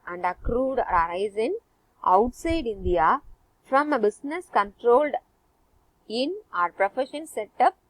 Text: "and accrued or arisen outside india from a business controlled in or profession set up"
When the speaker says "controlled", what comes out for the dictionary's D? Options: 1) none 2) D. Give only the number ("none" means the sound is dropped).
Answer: 2